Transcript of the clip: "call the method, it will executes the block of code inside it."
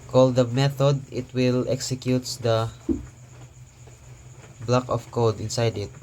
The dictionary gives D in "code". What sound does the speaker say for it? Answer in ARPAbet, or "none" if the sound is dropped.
D